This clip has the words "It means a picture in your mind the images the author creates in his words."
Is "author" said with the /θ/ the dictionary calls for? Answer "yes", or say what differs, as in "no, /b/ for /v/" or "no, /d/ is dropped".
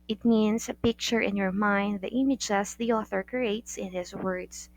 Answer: yes